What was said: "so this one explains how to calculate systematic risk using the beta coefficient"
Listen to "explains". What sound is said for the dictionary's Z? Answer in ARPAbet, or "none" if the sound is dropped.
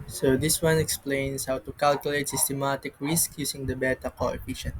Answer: S